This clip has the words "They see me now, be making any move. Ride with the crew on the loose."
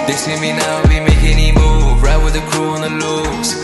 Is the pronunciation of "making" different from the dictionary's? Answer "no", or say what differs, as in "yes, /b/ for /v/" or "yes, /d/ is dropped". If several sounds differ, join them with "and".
yes, /k/ is dropped